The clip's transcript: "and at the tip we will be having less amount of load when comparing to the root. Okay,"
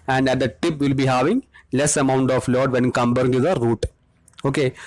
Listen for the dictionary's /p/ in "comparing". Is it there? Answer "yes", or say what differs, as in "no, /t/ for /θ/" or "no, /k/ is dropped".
no, /b/ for /p/